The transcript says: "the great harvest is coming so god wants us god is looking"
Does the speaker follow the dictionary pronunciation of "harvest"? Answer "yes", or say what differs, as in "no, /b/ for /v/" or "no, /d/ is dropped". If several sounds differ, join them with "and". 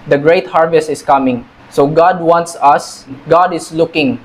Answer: yes